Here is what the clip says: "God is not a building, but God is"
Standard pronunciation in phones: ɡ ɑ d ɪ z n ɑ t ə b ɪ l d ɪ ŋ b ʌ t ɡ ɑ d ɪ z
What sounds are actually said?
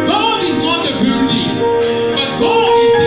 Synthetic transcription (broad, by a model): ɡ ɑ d ɪ z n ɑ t ə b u d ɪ b ʌ t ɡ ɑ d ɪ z